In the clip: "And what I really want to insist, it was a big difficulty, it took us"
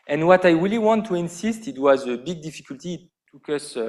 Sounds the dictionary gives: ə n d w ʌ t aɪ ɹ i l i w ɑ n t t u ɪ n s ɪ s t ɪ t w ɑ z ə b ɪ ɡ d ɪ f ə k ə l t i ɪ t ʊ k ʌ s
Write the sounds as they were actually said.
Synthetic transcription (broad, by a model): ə n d w ʌ t aɪ ɹ i l i w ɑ n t t u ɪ n s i s t ɪ t w ɑ z ə b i ɡ d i f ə k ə l t i t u k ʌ s